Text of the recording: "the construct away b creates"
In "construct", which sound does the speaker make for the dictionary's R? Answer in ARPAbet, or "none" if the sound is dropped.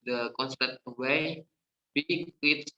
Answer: none